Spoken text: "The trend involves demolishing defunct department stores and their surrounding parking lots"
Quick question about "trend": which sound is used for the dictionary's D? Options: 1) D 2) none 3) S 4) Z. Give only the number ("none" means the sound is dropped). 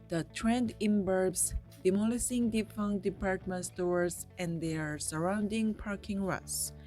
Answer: 1